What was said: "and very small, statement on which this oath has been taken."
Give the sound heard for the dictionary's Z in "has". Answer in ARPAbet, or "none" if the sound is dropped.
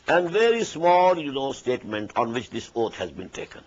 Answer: Z